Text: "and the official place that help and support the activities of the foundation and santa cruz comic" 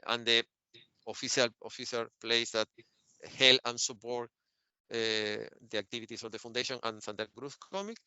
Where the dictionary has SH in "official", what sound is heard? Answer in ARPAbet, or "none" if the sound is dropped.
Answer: S